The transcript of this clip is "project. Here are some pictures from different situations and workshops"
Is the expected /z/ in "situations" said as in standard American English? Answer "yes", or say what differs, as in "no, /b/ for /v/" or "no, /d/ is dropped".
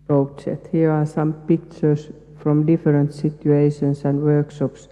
no, /s/ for /z/